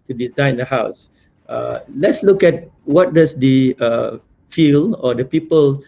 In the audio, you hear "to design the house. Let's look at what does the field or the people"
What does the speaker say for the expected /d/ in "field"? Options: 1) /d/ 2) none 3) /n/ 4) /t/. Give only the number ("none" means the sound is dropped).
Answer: 2